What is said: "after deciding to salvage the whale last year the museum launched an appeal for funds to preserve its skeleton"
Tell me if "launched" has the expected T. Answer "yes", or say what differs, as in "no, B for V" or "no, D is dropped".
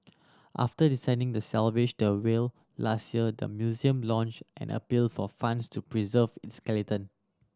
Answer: yes